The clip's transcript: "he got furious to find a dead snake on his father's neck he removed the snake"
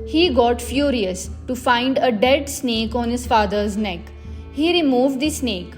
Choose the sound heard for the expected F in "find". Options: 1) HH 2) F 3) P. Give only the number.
2